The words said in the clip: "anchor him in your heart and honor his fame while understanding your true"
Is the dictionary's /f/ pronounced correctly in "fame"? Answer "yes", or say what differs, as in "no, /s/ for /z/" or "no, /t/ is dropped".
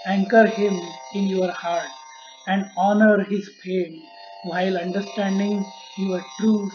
no, /p/ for /f/